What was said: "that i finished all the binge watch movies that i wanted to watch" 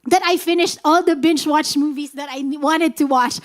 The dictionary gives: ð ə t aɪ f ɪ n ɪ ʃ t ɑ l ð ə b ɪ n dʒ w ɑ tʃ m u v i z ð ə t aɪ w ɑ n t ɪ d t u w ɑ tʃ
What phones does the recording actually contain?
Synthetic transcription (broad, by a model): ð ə t aɪ f ɪ n ɪ ʃ t ɑ l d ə b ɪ n tʃ w ɑ tʃ m u v i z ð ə t aɪ w ɑ n t ɪ d t u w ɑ tʃ